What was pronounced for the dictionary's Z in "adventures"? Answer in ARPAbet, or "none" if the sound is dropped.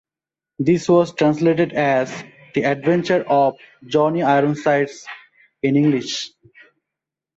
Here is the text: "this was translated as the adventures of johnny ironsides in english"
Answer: none